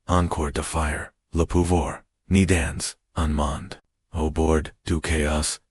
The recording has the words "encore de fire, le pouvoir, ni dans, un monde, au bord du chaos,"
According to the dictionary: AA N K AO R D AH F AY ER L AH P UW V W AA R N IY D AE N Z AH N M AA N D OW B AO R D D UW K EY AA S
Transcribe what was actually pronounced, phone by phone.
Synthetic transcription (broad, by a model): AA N K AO R D AH F AY ER L AH P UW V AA R N IY D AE N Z AH N M AA N D OW B AO R D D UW K EY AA S